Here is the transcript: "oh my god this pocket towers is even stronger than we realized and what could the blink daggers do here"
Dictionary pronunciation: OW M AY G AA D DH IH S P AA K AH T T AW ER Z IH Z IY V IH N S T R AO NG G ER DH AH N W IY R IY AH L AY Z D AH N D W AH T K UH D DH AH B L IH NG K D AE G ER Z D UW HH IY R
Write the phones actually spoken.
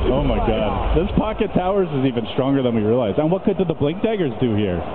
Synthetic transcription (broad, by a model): OW M AY G AA D DH IH S P AA K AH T T AW ER Z IH Z IY V IH N S T R AO NG G ER DH AH N W IY R IY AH L AY Z AH N W AH T K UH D DH AH B L IH NG K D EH G ER Z D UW HH IY R